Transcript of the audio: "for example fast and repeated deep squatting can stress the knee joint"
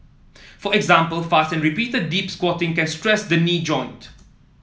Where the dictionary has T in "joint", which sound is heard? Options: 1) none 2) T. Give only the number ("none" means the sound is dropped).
2